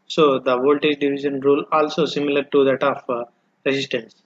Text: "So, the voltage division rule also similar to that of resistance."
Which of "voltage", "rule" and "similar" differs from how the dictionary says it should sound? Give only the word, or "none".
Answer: none